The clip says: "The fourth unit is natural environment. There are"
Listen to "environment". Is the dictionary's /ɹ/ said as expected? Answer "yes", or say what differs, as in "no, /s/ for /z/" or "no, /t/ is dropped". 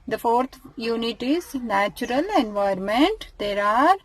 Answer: no, /ɹ/ is dropped